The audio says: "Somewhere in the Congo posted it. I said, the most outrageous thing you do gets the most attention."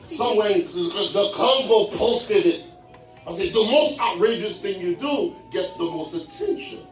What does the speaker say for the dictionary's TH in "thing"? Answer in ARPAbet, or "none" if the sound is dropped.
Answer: TH